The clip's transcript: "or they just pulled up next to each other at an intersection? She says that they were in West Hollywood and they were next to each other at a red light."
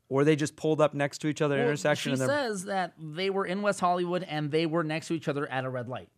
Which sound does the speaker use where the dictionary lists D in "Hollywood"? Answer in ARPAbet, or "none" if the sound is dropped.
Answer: D